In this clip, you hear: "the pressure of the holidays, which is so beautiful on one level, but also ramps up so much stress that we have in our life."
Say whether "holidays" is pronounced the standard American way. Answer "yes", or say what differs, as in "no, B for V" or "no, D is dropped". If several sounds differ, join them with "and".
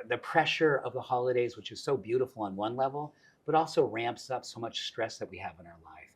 yes